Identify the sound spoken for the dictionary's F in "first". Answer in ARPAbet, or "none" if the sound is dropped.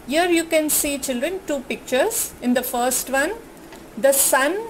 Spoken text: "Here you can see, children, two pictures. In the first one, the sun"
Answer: F